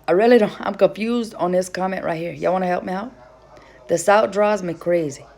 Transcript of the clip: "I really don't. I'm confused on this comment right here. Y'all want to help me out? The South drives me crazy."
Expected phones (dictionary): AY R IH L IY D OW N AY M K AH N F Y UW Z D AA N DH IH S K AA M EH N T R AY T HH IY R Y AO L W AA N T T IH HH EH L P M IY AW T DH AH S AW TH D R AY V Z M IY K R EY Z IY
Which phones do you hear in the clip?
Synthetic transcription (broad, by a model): AY R IH L IY D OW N AY M K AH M F Y UW Z D N DH IH S K AA M EH N T R AY T HH IY R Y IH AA W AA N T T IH HH EH L P M IY AW T DH AH S AW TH D R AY Z M IY K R EY Z IY